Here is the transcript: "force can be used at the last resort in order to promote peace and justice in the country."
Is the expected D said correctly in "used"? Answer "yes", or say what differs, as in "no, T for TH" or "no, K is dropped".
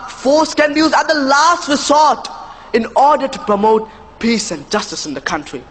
no, D is dropped